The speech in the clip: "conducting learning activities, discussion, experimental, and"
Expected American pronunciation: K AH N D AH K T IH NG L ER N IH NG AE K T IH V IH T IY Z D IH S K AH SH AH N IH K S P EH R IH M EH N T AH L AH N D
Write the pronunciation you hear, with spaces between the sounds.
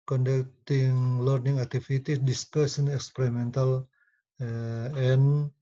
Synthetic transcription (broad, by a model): K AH N D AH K T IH NG L ER N IH NG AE K T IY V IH T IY D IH S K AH S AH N IH K S P EH R IH M EH N T AH L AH N